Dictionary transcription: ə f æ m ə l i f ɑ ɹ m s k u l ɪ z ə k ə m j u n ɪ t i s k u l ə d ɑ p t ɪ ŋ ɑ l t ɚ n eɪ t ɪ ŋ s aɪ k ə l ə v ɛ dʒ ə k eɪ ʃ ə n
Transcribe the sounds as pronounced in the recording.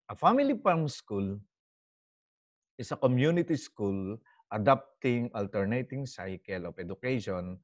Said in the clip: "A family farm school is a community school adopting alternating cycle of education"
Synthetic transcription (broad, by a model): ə f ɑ m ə l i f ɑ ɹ m s k u l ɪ s ə k ə m j u n ɪ t i s k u l ə d ɑ p t ɪ ŋ ɑ l t ɚ n eɪ t ɪ ŋ s aɪ k ə l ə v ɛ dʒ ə k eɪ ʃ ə n